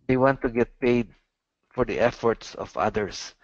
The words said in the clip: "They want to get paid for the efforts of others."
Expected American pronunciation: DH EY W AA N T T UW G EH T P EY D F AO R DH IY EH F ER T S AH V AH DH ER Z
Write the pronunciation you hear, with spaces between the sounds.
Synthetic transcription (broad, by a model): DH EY W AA N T T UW G EH T P EY D F AO R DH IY EH F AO T S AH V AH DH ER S